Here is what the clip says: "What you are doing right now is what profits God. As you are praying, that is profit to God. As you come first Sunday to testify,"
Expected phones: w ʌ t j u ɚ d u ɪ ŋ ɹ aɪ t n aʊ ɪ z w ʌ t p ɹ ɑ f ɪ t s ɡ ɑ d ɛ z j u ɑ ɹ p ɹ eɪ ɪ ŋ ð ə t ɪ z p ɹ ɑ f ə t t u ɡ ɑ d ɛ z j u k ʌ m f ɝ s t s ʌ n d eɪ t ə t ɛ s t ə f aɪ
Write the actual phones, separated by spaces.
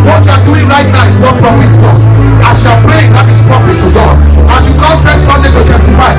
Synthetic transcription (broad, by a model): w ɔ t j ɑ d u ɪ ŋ ɹ aɪ t n aʊ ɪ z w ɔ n p ɹ ɑ f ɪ t ɡ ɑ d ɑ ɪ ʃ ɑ l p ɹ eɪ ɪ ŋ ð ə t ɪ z p ɹ ɑ f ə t t u ɡ ɑ d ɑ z j u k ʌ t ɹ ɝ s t s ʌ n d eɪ t ə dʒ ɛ s t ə f aɪ